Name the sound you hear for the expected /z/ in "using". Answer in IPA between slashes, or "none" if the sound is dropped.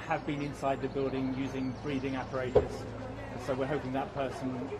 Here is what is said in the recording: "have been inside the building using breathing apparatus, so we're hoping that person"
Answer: /z/